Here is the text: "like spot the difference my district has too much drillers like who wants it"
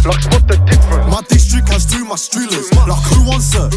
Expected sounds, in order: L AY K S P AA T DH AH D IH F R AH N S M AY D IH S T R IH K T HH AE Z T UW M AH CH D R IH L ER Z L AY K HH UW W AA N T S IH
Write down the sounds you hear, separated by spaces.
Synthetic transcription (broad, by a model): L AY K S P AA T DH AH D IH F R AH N M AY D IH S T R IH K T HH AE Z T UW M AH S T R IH L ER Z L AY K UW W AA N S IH